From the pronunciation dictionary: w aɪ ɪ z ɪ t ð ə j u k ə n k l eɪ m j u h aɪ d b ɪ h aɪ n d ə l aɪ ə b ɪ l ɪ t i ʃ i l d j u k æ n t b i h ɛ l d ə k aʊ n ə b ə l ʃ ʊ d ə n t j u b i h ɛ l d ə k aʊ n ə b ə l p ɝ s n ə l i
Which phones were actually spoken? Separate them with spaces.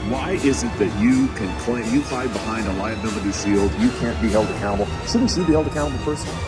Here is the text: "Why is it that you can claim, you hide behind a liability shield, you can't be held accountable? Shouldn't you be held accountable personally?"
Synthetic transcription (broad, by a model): w aɪ ɪ z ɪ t ð ə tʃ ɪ k ə n k l eɪ m j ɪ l aɪ b ɪ h aɪ n d ə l aɪ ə ʊ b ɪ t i s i l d j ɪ k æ n b i h ɛ l d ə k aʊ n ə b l s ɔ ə t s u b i h ɛ l d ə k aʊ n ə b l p ɝ s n